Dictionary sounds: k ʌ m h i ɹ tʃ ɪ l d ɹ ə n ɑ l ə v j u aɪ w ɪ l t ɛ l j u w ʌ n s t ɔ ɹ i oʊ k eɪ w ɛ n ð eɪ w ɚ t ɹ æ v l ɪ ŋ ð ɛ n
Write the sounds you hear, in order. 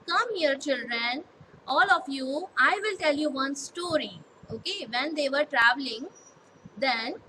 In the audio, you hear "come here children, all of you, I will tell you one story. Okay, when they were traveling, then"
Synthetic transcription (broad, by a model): k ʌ m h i ɹ tʃ ɪ l d ɹ ə n ɑ l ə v j u aɪ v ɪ l t ɛ l j u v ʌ n s t ɔ ɹ i oʊ k eɪ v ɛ n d eɪ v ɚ t ɹ æ v l ɪ ŋ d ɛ n